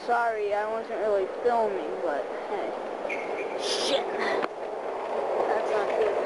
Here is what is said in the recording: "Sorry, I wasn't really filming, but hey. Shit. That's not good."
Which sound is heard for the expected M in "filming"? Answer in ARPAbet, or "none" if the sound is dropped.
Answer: M